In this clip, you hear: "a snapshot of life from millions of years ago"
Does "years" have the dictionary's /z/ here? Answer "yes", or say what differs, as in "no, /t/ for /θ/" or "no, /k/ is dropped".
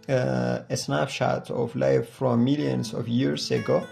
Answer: no, /s/ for /z/